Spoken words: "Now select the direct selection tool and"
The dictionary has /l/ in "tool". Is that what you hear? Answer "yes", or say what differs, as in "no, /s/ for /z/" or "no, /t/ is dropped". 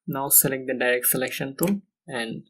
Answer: no, /n/ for /l/